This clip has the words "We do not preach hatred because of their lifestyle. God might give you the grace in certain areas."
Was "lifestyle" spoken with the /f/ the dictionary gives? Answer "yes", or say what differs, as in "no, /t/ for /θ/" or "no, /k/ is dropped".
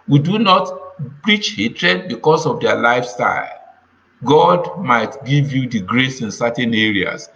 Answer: yes